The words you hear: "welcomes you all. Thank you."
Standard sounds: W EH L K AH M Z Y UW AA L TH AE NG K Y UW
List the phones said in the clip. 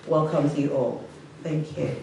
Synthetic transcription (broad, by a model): W EH L K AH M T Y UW AA L TH AE NG K Y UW